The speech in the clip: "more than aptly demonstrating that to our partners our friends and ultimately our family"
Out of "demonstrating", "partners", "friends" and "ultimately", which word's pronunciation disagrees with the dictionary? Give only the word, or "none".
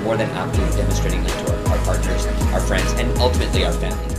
none